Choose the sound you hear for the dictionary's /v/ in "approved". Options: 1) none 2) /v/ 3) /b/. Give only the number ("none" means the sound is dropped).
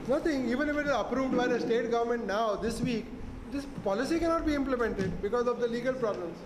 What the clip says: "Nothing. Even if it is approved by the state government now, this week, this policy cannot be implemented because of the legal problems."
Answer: 2